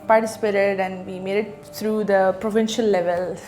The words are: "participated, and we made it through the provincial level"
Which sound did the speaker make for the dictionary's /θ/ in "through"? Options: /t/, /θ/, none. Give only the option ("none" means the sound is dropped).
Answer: /t/